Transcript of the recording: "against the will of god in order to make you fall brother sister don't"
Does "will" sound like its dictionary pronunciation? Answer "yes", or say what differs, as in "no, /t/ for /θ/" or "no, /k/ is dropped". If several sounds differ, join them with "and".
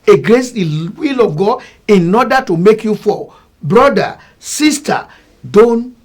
yes